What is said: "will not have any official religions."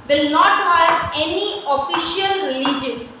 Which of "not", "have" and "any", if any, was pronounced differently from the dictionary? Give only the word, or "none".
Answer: have